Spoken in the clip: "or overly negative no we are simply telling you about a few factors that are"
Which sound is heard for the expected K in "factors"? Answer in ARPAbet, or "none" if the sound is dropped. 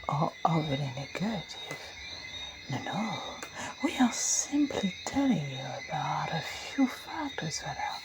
K